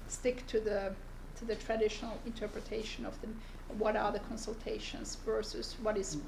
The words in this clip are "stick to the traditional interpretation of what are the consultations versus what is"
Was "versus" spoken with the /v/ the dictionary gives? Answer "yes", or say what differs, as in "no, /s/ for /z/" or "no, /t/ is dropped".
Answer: yes